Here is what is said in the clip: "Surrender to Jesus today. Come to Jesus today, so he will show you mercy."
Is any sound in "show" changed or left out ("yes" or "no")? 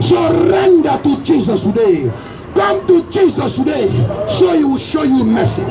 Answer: no